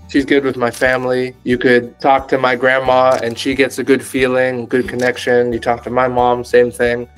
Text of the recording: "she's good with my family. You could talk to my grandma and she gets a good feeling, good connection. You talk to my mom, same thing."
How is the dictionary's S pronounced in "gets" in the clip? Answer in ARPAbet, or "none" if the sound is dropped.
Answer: S